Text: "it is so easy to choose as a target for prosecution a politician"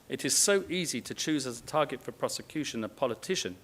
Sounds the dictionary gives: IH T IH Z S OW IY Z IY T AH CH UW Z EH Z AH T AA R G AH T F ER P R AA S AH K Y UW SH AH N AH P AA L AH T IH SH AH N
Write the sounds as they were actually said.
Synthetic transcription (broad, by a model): IH T IH Z S OW IY Z IY T AH CH UW Z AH Z AH T AA G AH T F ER P R AA S AH K Y UW SH AH N AH P AA L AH T IH SH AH N